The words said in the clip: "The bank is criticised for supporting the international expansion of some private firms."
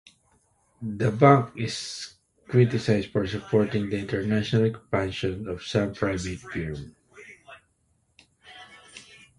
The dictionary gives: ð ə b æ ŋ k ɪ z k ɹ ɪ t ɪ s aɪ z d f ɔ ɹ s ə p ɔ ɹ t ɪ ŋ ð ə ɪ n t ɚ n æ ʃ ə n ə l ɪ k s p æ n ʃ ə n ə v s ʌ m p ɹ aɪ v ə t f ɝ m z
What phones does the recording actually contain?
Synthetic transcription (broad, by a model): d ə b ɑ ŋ k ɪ s k ɹ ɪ t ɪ s aɪ s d f ɔ ɹ s ə p ɔ ɹ t ɪ ŋ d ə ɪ n t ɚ n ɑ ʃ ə n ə l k p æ n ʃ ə n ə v s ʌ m p ɹ aɪ v ə t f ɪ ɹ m